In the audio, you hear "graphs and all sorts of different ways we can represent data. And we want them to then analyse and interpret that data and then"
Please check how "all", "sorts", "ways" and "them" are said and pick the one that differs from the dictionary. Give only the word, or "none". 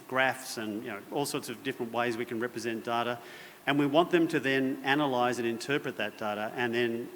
none